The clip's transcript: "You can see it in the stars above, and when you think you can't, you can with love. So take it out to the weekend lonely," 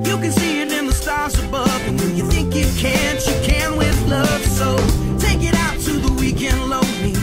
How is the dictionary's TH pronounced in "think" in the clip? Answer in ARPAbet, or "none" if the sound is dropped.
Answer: TH